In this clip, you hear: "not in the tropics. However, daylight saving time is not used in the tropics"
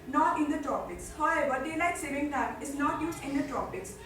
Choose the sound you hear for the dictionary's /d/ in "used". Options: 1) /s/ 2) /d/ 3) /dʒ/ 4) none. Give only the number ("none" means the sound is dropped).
4